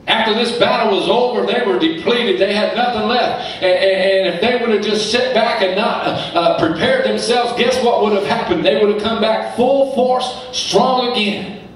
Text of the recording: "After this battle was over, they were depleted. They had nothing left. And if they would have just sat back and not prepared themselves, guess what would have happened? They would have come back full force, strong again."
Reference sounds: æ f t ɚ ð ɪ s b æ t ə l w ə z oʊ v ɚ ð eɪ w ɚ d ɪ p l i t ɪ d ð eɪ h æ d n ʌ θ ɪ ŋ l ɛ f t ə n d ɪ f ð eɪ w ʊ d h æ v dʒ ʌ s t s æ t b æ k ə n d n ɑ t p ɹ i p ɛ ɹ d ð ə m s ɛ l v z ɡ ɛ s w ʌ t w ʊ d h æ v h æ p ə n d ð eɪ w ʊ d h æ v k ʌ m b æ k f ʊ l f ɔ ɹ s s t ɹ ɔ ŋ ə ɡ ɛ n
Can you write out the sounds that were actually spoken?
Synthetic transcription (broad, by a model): æ f t ɚ ð ɪ s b æ t l w ə z oʊ v ɚ ð eɪ w ɚ d ɪ p l i t ɪ d ð eɪ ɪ d n ʌ θ ɪ ŋ l ɛ f t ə n ɪ f ð eɪ w ʊ d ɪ v dʒ ʌ s t s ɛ t b æ k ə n n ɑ t p ɹ i p ɛ ɹ d ð ə m s ɛ l v z ɡ ɛ s w ʌ t w ʊ d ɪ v h æ p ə n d ð eɪ w ʊ d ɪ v k ʌ m b æ k f ʊ l f ɔ ɹ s s t ɹ ɔ ŋ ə ɡ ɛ n